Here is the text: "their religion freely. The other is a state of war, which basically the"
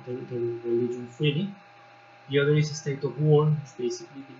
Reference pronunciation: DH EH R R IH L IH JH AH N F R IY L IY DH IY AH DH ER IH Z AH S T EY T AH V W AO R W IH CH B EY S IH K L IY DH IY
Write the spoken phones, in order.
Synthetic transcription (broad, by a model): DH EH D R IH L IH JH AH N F IY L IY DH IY AH DH ER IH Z AH S T EY T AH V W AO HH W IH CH B EY S IH K L IY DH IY